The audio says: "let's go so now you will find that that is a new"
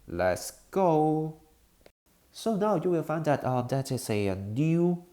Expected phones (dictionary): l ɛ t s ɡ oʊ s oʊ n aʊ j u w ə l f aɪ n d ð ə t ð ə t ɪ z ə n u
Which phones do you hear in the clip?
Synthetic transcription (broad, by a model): l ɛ t s ɡ oʊ s oʊ n aʊ j u w ə l f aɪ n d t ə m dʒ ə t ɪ s ə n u